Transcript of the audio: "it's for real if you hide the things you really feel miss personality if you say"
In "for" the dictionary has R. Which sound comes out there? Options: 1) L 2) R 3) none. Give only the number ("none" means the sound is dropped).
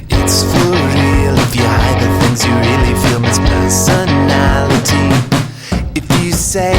1